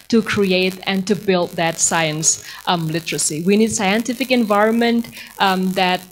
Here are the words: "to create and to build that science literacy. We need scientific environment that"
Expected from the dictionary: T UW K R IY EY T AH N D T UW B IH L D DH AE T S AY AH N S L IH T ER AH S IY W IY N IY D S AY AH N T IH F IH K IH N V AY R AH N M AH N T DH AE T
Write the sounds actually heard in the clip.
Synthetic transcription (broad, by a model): T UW K R IY EY T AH N T UW B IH L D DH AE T S AY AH N S L IH T ER AH S IY W IY N IY D S AY AH N T IH F IH K IH N V AY R AH N M AH N T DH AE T